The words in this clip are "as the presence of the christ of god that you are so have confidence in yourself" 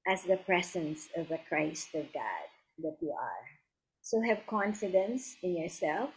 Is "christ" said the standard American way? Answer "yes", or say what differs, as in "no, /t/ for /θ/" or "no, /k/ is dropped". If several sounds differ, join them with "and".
yes